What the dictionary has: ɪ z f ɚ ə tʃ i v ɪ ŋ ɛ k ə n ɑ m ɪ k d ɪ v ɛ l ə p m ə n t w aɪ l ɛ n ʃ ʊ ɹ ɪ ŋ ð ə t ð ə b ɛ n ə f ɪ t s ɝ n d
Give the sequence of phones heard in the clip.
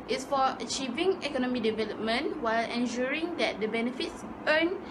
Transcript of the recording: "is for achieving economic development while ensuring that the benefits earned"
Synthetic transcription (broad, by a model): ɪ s f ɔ ə tʃ i v ɪ ŋ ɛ k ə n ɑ m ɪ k d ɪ v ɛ l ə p m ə n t w aɪ l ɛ n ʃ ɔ ɹ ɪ ŋ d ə t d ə b ɛ n ə f ɪ t s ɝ n